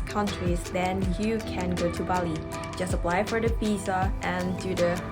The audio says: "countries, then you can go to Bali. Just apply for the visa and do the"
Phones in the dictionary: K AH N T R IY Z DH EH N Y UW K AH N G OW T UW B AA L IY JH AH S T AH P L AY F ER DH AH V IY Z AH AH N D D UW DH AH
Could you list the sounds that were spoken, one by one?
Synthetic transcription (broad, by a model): K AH N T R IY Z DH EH N Y UW K AH N G OW T UW B AA L IY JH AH S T AH P L AY F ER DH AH P IY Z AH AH N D D UW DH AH